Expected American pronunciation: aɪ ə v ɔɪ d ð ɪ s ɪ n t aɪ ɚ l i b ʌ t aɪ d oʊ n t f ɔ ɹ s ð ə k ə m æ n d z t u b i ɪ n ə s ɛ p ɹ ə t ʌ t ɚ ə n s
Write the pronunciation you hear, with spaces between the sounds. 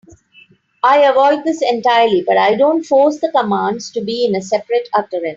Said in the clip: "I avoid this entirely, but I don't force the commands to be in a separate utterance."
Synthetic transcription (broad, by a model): aɪ ə v ɔɪ d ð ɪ s ɪ n t aɪ ɚ l i b ʌ t aɪ d oʊ n t f ɔ ɹ s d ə k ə m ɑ n d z t u b i ɪ n ə s ɛ p ɹ ə t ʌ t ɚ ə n